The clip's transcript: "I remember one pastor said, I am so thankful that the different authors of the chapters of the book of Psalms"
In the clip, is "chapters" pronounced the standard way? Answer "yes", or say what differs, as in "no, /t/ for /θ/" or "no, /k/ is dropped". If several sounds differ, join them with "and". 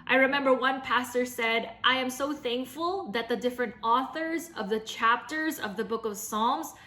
yes